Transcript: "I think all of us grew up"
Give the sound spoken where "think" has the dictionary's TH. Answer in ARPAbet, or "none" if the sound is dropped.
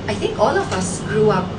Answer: T